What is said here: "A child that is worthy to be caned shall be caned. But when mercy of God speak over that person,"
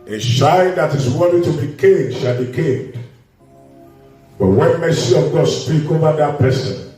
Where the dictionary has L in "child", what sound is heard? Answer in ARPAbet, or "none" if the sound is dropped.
N